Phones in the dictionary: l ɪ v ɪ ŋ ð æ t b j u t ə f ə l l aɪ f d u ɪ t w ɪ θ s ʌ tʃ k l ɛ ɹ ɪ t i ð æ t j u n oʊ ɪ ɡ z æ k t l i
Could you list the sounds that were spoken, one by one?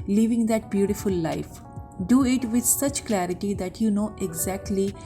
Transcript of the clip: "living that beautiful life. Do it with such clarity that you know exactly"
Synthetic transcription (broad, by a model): l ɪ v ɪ ŋ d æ t b j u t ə f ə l l aɪ f d u ɪ t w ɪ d s ʌ tʃ k l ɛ ɹ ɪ t i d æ t j u n oʊ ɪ ɡ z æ k t l i